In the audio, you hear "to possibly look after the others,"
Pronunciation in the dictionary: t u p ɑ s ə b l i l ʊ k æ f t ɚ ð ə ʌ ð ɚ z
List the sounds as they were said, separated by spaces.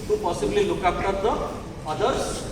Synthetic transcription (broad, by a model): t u p ɑ s ə b l i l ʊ k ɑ p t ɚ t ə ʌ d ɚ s